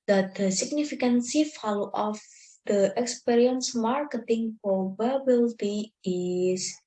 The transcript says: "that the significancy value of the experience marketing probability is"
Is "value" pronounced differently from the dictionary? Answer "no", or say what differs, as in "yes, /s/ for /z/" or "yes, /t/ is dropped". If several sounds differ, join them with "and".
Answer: yes, /f/ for /v/